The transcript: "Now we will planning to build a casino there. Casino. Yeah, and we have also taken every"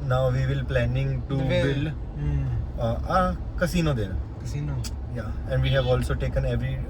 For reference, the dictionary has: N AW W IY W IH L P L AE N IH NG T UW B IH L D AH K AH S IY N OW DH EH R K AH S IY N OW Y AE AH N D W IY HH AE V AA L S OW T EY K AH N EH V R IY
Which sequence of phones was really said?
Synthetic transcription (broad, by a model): N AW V IY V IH L P L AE N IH NG T UW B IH L AH K AH S IY N OW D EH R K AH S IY N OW Y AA AH N D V IY HH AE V AA L S OW T EY K AH N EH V R IY